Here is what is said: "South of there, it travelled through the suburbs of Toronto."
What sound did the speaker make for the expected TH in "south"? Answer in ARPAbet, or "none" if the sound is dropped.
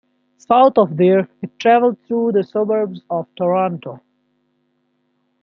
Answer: T